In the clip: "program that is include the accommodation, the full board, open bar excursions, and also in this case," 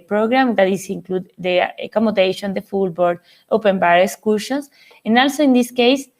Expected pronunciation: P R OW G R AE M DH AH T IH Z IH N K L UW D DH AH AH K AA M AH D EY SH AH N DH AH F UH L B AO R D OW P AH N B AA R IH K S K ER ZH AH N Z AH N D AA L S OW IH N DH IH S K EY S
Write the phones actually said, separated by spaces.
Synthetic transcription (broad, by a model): P R OW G R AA M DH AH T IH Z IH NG K L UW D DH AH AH K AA M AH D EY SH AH N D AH F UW L B AO R D OW P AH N B AA R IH K S K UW SH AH N S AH N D AA L S OW IH N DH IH S K EY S